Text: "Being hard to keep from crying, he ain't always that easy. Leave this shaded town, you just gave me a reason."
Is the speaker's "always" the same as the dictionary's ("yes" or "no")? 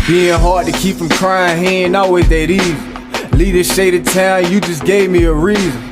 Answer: no